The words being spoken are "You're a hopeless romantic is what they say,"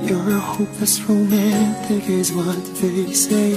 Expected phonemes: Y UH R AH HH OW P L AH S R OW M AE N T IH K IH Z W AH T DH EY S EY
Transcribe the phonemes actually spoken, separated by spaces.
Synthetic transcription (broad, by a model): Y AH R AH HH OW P AH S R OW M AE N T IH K IH Z W AH T DH EY S EY